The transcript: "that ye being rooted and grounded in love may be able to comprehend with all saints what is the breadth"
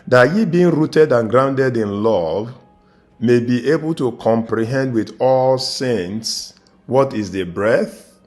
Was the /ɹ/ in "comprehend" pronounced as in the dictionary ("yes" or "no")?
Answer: yes